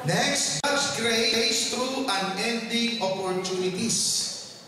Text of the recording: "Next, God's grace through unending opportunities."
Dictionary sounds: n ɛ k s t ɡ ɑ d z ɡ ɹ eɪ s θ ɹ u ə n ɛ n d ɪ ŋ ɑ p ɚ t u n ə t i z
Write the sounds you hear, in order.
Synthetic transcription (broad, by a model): n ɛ k s t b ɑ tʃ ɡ ɹ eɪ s t ɹ u ə n ɛ n d ɪ ŋ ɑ p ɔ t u n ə t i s